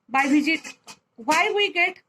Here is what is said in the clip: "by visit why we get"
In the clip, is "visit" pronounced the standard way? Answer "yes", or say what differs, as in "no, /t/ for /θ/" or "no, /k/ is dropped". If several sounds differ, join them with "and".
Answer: no, /b/ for /v/